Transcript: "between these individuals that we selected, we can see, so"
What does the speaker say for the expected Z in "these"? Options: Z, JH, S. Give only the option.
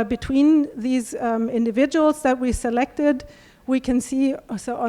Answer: Z